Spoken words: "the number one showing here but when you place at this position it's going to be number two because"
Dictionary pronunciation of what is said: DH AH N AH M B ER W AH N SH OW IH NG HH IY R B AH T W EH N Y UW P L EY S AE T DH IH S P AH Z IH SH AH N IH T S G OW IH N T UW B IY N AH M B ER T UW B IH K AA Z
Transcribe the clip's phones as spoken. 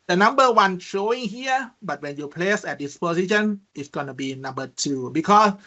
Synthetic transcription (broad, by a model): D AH N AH M B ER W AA N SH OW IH NG HH IY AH B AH T W EH N Y UW P L EY S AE T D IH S P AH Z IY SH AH N IH T S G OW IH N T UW B IY N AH M B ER T UW B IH K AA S